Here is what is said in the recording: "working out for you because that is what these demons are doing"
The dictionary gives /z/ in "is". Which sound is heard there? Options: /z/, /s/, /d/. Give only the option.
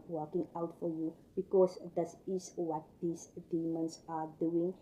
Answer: /s/